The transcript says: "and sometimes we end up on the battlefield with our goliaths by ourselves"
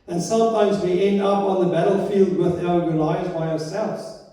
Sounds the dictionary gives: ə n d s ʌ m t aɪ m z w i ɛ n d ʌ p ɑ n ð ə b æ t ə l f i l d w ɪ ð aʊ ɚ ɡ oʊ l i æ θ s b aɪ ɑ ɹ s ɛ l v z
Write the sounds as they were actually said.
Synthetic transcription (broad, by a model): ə n s ʌ m t aɪ m z w i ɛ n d ʌ p n ð ə b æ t l f i l d w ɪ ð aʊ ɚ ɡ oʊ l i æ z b aɪ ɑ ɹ s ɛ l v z